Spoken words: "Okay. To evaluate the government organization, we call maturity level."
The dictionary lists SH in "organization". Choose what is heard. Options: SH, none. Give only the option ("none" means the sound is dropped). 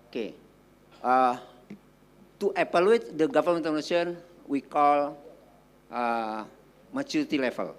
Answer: none